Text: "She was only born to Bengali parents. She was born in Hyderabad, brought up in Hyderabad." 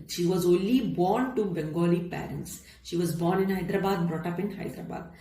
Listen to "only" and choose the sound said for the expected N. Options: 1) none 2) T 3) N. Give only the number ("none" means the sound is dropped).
3